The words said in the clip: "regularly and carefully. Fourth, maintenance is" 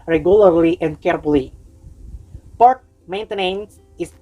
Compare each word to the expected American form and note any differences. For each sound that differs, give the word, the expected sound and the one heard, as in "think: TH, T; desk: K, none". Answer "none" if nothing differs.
fourth: F, P; fourth: TH, T